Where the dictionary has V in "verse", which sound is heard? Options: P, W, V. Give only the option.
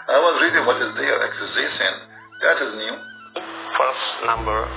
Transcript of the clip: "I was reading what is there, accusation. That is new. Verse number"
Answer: P